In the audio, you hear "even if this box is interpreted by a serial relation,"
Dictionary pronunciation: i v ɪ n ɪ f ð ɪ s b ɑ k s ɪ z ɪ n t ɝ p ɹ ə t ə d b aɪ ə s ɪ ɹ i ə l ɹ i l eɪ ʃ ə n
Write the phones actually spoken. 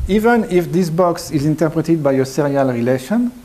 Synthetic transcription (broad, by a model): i v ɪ n ɪ f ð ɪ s b ɑ k s ɪ z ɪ n t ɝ p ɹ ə t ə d b aɪ ə s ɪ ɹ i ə l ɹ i l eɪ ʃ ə n